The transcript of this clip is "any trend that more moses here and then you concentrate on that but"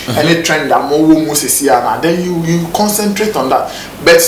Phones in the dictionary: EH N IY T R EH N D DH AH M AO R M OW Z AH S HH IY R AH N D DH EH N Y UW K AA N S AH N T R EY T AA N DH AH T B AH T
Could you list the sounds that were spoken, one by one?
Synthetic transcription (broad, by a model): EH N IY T R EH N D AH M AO W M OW S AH S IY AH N D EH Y Y UW K AA N S AH N T R EY T AA N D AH T B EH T